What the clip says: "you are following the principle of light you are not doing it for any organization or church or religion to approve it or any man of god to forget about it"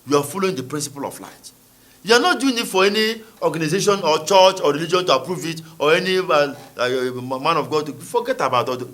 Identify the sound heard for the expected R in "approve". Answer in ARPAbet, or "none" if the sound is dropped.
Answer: R